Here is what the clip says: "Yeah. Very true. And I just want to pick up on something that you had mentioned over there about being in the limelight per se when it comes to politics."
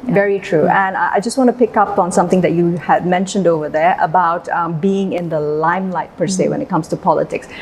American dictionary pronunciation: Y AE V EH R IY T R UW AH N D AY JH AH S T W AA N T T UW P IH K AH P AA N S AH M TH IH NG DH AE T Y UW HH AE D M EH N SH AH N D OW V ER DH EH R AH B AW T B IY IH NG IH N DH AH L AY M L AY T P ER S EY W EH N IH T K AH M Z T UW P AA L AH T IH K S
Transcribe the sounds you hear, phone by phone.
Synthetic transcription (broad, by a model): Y V EH R IY T R UW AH N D AY JH AH S T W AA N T T UW P IH K AH P AA N S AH M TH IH NG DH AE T Y UW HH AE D M EH N SH AH N D OW V ER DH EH R AH B AW T B IY IH NG IH N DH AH L AY M L AY T P ER S EY W EH N IH T K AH M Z T UW P AA L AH T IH K S